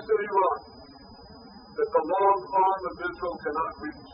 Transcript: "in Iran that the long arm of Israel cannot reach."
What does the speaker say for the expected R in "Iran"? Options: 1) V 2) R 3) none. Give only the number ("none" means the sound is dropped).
3